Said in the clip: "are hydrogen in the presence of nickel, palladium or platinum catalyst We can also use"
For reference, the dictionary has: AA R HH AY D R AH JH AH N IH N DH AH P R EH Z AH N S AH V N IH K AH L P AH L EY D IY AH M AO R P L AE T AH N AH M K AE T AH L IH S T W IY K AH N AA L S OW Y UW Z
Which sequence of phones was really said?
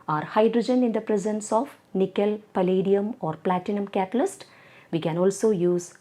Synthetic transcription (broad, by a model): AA R HH AY D R AH JH AH N IH N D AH P R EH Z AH N S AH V N IH K AH L P AH L EY D IY AH M AO R P L AE T AH N AH M K AE T AH L IH S T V IY K AH N AA L S OW Y UW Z